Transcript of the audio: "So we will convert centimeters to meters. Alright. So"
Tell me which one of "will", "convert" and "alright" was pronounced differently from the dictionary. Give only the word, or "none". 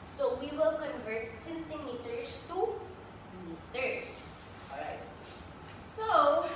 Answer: alright